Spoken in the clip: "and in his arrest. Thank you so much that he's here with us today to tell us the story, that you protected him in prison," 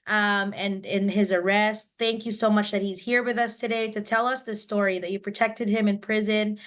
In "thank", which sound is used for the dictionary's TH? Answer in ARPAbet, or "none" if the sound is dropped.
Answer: TH